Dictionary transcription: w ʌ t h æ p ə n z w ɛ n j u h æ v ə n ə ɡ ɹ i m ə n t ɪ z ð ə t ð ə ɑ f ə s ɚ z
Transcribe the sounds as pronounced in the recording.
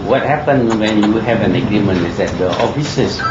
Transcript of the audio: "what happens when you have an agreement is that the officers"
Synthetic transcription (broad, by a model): w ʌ t h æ p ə n w ɛ n j u h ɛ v ə n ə ɡ ɹ i m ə n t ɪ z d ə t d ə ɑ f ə s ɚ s